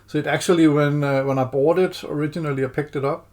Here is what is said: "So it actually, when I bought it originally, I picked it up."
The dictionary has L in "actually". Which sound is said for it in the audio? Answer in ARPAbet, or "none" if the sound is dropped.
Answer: W